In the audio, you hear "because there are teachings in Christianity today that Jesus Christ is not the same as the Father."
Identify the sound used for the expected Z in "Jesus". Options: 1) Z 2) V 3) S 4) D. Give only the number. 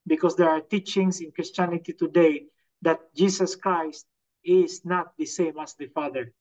3